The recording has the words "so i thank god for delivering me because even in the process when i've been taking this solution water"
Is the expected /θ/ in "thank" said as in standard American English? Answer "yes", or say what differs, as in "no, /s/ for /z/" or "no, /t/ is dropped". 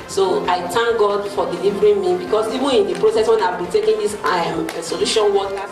no, /t/ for /θ/